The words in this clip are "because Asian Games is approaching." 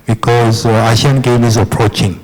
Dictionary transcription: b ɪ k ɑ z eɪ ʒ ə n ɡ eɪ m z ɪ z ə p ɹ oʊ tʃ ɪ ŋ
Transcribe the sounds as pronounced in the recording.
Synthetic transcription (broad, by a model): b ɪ k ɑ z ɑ ʃ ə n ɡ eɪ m ɪ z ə p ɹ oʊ tʃ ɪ ŋ